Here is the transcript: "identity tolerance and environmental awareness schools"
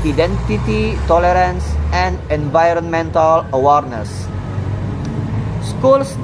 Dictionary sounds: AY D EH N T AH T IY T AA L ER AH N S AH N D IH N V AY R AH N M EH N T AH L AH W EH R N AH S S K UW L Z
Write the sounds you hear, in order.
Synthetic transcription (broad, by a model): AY D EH N T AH T IY T AA L ER AH N S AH N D IH N V AY R AH N M EH N T AH L AH W EH R N AH S S K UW L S